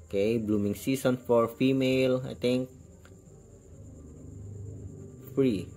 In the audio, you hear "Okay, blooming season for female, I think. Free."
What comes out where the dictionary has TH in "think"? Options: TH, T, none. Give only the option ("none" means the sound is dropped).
T